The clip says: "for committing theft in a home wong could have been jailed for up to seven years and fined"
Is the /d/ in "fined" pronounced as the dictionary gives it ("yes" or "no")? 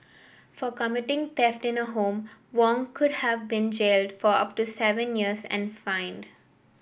yes